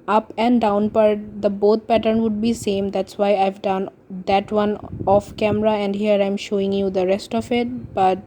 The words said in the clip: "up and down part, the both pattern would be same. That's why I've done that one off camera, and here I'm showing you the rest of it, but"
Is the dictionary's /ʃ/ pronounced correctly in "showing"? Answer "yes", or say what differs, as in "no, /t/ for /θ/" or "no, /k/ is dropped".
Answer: yes